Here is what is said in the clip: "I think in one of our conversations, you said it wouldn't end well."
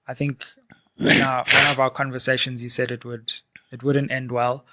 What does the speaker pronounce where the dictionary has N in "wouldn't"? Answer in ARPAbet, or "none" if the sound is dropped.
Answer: N